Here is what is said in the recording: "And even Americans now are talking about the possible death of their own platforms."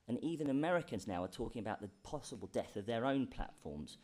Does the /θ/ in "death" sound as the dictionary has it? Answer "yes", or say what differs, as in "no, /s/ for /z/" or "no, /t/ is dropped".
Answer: yes